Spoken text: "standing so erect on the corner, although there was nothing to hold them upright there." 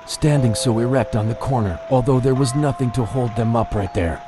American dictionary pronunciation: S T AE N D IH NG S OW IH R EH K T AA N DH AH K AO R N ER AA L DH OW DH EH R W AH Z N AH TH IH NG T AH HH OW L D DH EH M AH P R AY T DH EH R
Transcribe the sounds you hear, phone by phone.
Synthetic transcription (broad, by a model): S T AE N D IH NG S OW IH R EH K T N DH AH K AO R N ER AA L DH OW DH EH R W AH Z N AH TH IH NG T AH HH OW L D DH EH M AH P R AY T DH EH R